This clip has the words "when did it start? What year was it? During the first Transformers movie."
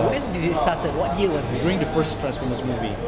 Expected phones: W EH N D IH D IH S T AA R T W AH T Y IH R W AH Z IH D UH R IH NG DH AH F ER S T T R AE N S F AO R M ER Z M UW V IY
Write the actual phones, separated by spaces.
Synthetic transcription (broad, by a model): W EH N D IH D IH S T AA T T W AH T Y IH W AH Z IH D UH IH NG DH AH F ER S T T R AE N S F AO R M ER S M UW V IY